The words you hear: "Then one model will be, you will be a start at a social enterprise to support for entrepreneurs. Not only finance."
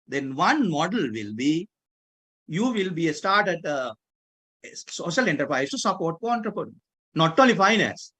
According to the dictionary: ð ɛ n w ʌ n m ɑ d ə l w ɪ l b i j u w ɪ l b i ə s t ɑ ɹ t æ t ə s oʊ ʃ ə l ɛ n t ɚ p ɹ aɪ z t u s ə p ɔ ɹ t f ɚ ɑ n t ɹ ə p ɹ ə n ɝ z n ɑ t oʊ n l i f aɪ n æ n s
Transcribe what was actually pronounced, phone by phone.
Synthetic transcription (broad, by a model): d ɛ n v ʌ n m ɑ d ə l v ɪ l b i j u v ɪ l b i ə s t ɑ ɹ t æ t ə s oʊ ʃ ə l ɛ n t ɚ p ɹ aɪ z t u s ə p ɔ ɹ t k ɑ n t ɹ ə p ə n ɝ n ɑ t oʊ l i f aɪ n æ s